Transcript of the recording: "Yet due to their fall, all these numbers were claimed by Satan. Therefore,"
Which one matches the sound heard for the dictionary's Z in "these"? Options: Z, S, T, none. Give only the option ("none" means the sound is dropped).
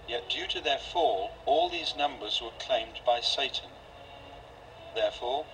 Z